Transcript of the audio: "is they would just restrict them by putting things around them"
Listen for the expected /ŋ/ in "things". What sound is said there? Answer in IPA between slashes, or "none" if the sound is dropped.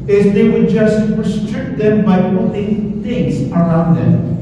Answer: /ŋ/